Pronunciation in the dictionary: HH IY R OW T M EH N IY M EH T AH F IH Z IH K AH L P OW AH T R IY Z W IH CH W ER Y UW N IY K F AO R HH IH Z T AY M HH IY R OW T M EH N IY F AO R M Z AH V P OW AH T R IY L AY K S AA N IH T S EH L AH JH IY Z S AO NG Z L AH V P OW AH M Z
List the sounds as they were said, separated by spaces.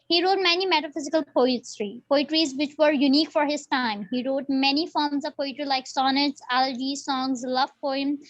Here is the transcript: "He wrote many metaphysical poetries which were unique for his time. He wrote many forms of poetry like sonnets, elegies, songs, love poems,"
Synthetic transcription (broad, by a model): HH IY R OW T M EH N IY M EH T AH F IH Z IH K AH L P OW AH T R IY Z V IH CH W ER Y UW N IY K F AO R HH IH Z T AY M HH IY R OW T M EH N IY F AO R M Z AH V P OW AH T R IY L AY K S AA N IH T S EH L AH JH IY S AO NG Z L AH V P OW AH M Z